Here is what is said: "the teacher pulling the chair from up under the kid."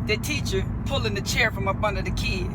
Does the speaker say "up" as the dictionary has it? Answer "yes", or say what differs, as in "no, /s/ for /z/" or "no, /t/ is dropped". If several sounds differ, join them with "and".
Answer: no, /b/ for /p/